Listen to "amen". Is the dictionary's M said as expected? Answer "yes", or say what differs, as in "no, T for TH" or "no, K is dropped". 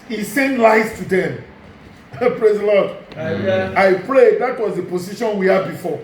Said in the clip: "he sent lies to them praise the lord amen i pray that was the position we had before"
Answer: no, M is dropped